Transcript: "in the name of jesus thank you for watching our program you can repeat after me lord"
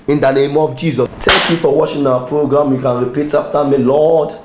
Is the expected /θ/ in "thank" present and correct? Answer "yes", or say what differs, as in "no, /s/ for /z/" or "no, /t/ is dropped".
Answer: no, /t/ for /θ/